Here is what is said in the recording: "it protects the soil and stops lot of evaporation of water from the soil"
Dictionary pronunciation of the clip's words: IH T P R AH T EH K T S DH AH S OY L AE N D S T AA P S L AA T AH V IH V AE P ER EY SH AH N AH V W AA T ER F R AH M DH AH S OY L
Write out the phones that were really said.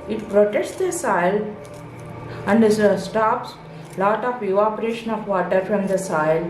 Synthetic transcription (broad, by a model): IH T P R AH T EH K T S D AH S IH L AE N D S T AA P S L AA T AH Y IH AO P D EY SH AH N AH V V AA T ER F R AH M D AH S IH L